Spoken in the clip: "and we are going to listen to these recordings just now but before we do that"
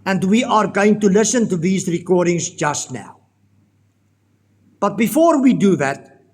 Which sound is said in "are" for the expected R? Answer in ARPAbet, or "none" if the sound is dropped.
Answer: R